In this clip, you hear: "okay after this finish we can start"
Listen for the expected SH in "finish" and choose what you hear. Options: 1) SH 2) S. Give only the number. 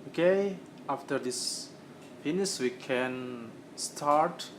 2